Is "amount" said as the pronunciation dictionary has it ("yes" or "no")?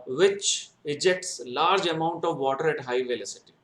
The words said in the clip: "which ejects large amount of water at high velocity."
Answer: yes